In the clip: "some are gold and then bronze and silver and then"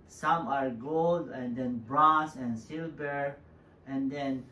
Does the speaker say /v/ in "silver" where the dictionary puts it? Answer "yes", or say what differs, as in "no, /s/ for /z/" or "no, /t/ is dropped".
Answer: no, /b/ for /v/